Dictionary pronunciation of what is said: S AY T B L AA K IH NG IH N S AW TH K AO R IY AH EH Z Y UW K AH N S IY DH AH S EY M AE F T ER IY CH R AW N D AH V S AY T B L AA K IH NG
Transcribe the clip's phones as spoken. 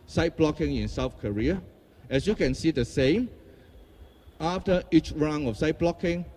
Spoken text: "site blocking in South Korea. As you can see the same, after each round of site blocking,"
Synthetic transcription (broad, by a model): S AY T B L AA K IH NG IH N S AW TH K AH R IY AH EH S Y UW K AH N S IY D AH S EY M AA F T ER IY CH R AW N AH F S AY T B L AA K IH NG